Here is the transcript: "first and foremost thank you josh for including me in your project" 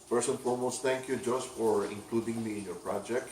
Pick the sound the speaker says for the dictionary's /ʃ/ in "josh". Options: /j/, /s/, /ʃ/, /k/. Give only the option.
/s/